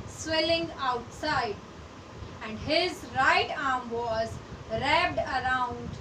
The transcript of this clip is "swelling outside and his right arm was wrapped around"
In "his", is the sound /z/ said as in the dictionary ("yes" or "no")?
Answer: yes